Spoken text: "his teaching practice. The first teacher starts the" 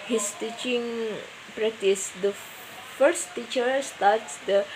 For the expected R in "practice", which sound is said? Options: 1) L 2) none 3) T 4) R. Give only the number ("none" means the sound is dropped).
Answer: 4